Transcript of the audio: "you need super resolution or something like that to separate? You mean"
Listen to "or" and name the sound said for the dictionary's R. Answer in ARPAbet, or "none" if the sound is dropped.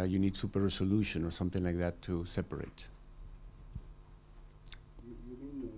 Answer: R